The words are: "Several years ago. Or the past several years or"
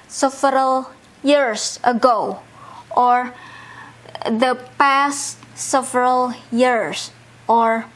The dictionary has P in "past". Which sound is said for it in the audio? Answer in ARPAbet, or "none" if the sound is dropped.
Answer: P